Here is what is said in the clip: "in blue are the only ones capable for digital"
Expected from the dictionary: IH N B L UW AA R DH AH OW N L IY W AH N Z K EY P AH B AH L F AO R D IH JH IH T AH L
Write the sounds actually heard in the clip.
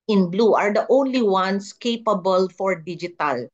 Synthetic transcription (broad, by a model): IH N B L UW AA R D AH OW N L IY W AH N S K EY P AH B AH L F AO R D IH JH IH T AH L